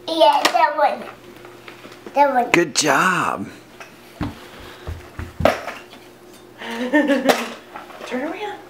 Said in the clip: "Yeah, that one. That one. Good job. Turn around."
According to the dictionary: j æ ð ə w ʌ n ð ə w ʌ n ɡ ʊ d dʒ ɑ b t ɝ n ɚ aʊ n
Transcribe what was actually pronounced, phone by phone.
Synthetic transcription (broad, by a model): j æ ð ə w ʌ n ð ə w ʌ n ɡ ʊ d dʒ ɑ b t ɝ i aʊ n